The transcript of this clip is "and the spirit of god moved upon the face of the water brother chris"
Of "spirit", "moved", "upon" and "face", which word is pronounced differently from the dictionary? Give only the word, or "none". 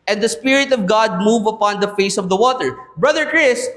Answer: moved